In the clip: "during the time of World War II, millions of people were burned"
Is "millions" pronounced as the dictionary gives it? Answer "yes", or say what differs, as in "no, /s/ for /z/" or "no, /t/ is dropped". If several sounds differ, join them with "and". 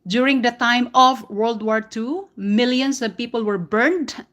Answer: no, /s/ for /z/